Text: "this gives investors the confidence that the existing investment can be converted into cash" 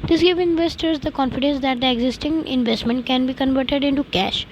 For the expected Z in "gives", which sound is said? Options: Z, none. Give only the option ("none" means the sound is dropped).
none